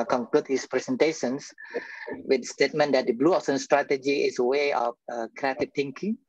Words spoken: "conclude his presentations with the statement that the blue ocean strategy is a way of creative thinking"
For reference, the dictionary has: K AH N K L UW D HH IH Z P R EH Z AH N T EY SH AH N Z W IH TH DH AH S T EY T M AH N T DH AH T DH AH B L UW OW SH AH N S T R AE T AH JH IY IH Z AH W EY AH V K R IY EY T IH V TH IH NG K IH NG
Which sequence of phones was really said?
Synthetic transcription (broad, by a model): K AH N K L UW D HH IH S P R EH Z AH N T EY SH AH N S W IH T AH S T EY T M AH N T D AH T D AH B L UW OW S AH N S T R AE T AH JH IY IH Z AH W EY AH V K R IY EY T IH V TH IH NG K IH NG